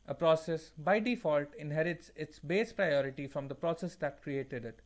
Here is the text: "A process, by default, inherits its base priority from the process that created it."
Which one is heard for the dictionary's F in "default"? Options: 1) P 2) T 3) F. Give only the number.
3